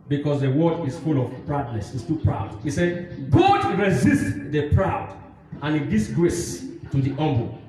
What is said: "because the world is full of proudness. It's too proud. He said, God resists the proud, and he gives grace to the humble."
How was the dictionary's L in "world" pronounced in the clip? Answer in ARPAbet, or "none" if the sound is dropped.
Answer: none